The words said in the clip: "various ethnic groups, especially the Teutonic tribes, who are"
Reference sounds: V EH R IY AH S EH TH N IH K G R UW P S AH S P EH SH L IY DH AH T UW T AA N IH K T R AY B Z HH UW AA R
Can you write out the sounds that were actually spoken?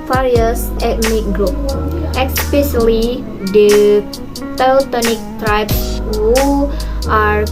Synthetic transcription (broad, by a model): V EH R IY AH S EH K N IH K G R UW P AH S P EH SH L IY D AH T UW T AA N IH K T R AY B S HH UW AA R